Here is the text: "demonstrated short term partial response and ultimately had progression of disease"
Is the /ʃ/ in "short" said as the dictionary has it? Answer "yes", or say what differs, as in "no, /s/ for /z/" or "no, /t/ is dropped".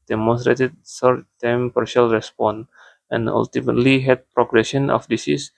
no, /s/ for /ʃ/